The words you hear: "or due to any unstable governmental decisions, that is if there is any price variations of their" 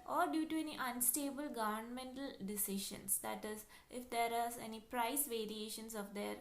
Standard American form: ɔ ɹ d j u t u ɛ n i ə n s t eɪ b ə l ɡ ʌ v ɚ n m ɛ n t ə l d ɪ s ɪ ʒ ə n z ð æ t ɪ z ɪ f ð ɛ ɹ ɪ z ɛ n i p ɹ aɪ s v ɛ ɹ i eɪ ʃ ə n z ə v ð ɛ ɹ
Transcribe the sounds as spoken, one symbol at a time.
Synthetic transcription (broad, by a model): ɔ ɹ d j u t u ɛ n i ə n s t eɪ b ə l ɡ ʌ v ɚ n m ɛ n t ə l d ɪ s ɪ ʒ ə n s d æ t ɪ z ɪ f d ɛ ɹ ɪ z ɛ n i p ɹ aɪ s v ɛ ɹ i eɪ ʃ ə n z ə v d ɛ ɹ